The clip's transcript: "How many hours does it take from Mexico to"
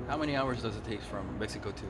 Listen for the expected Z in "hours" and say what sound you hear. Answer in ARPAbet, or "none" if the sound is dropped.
Z